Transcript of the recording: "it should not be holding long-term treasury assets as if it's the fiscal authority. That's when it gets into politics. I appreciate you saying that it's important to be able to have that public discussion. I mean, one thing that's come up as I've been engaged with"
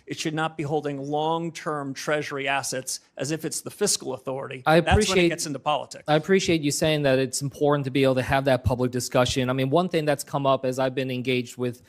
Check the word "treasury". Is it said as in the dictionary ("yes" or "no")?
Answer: yes